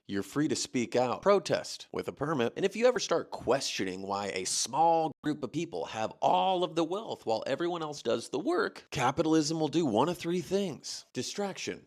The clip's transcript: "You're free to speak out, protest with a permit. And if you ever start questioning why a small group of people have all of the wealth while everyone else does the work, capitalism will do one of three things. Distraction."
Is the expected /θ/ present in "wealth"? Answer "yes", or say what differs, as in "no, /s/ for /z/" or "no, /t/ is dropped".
yes